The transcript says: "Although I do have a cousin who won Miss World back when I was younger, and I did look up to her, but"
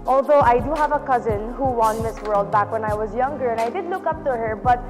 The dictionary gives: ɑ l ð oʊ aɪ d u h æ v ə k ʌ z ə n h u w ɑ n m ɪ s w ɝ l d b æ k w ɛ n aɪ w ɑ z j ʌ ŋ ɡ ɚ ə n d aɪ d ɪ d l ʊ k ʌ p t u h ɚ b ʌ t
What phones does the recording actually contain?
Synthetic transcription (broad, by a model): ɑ l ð oʊ aɪ d u h æ v ə k ʌ z ə n h u w ɑ n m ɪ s w ɝ l d b æ k w ɛ n aɪ w ɑ z j ʌ ŋ ɡ ɚ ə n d aɪ d ɪ d l ʊ k ʌ p t u h ɚ b ʌ t